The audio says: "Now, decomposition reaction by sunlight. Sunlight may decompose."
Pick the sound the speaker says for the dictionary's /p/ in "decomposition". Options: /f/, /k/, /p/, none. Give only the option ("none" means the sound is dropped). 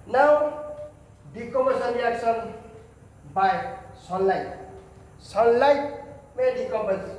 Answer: none